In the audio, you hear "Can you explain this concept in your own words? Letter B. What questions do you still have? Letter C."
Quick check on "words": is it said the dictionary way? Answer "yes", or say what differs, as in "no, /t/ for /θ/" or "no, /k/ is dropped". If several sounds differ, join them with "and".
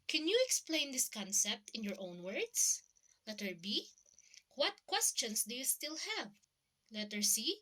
no, /s/ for /z/